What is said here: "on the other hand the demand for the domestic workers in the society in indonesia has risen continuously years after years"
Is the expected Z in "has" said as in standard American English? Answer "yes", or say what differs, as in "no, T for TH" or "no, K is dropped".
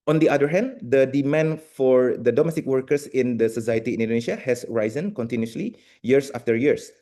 no, S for Z